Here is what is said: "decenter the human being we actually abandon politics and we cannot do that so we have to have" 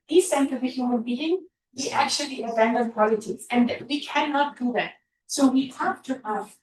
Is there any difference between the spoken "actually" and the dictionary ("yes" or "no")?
no